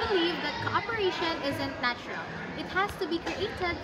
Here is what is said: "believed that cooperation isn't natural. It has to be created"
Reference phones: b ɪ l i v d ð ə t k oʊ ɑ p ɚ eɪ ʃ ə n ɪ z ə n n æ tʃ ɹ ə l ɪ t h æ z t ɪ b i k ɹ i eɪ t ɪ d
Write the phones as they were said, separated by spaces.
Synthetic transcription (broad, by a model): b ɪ l i v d ð ə t k oʊ ɑ p ɚ eɪ ʃ ə n ɪ z ə n n æ tʃ ɹ ə l ɪ t h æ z t ɪ b i k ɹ i eɪ t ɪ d